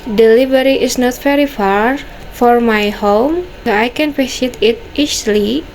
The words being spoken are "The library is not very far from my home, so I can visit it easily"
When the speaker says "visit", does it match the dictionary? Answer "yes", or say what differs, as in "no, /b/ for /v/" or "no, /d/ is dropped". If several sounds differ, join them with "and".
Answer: no, /p/ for /v/ and /s/ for /z/